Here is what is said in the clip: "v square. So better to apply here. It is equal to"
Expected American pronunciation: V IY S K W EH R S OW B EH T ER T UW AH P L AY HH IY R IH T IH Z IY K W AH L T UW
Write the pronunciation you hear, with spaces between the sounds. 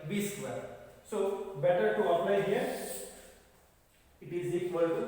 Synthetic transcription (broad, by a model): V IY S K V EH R S OW B EH T ER T UW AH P N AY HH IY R IH T IH Z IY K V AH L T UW